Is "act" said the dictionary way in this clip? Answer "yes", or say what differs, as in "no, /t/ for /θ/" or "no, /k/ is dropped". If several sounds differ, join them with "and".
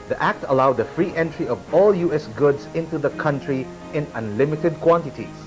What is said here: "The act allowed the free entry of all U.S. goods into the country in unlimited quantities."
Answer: yes